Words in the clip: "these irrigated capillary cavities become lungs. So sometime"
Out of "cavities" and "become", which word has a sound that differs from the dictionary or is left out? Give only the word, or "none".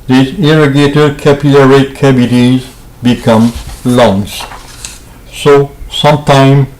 cavities